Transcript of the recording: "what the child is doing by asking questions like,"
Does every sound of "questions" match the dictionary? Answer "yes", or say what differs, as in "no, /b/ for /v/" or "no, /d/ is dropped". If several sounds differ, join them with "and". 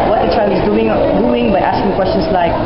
no, /s/ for /z/